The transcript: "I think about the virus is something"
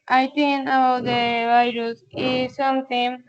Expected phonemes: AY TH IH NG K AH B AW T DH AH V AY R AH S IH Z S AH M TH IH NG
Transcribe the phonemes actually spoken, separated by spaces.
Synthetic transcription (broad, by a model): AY T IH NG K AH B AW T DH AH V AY R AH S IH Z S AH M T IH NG